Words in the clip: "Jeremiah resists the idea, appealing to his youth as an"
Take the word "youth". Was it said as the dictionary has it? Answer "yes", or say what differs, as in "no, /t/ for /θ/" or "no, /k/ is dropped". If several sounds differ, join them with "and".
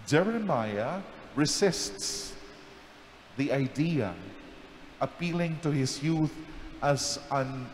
yes